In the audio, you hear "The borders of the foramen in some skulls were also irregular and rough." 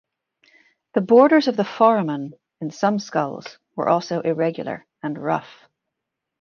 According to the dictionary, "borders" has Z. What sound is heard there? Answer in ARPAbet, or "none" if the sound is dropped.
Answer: Z